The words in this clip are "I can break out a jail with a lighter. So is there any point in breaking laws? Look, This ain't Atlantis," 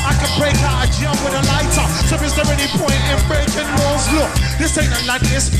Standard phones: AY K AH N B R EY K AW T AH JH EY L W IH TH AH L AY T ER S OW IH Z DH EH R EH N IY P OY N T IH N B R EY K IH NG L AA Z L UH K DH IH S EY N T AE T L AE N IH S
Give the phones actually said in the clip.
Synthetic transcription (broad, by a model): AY K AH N B R EY K AW T AH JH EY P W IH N AH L AY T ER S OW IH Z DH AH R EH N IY P OY N T IH N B R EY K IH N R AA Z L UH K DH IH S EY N AE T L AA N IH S